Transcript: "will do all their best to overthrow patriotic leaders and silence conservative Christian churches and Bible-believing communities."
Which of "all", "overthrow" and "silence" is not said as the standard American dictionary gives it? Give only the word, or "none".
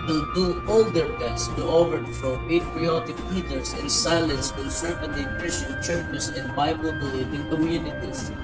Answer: overthrow